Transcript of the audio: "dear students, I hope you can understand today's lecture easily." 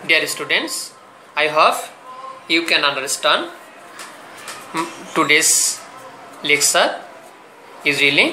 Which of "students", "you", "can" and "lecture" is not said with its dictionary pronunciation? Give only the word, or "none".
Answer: lecture